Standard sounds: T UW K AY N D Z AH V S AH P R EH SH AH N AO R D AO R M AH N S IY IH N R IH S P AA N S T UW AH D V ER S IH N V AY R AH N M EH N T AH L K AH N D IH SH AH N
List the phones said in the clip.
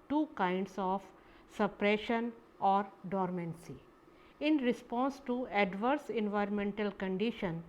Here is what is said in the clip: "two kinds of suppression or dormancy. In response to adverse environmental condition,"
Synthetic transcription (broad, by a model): T UW K AY N D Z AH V S AH P R EH SH AH N AO R D AO R M AH N S IY IH N R IH S P AA N S T UW AH D V ER S IH N V AY R AH N M EH N T AH L K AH N D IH SH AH N